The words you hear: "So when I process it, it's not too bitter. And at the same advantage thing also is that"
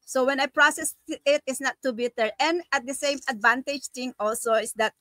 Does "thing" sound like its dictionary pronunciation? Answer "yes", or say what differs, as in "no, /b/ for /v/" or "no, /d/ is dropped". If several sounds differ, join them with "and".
no, /t/ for /θ/